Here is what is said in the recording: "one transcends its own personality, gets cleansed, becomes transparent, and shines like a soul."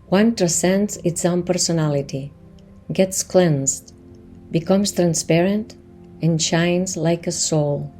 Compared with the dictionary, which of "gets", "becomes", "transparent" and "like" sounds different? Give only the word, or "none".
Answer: becomes